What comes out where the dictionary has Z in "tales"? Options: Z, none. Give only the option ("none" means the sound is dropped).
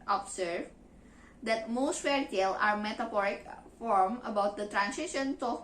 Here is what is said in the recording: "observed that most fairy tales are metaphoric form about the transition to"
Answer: none